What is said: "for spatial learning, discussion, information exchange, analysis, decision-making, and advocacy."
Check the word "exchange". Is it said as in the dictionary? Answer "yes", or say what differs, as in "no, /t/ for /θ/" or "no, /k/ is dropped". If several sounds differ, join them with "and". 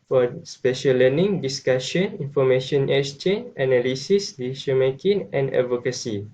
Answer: no, /k/ is dropped and /dʒ/ is dropped